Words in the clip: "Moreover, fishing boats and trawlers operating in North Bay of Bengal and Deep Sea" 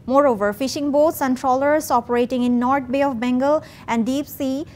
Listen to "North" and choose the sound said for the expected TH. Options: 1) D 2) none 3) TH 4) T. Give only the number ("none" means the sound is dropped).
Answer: 4